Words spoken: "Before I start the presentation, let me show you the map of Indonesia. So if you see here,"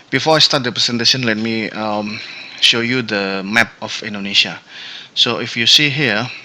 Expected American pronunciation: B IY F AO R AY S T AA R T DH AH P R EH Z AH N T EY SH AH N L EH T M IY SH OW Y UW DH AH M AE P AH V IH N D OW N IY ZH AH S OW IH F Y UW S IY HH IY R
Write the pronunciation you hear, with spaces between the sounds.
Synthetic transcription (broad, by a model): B IY F AO AY S T AA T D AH P R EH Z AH N T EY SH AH N L EH T M IY SH OW Y UW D AH M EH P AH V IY N D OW N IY SH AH S OW IH F Y UW S IY HH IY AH